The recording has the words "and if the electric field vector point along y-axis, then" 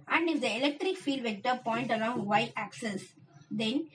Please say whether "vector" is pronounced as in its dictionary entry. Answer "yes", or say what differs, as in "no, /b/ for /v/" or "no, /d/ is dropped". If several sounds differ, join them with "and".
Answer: yes